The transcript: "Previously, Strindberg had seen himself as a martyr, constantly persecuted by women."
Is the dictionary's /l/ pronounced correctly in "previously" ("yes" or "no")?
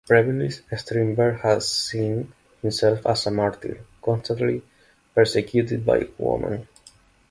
no